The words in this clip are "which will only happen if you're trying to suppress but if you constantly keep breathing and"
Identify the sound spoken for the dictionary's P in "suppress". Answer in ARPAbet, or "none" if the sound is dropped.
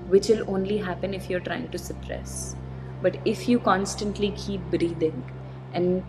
P